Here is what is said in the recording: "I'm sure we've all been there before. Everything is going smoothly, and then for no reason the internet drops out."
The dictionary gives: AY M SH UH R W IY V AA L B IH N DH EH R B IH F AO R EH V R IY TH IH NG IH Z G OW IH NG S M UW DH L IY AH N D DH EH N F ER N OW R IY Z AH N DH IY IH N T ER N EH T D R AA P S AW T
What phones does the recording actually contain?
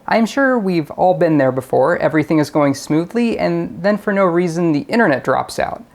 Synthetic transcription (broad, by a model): AY M SH UH R W IY V AA L B IH N DH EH R B IH F AO R EH V R IY TH IH NG IH Z G OW IH NG S M UW DH L IY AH N DH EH N F ER N OW R IY Z AH N DH IY IH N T ER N EH T D R AA P S AW T